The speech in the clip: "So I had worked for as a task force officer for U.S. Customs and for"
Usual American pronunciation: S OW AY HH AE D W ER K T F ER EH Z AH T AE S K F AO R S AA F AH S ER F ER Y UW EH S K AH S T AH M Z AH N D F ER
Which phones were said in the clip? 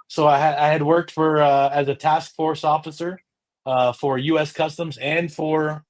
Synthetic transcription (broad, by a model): S OW AY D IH D W ER K T F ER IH Z AH T AE S K F AO R S AA F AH S ER F ER Y UW EH S K AH S T AH M Z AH N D F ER